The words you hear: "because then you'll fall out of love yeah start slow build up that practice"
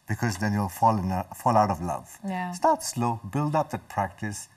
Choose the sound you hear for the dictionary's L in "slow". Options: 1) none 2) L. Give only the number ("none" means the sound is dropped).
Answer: 2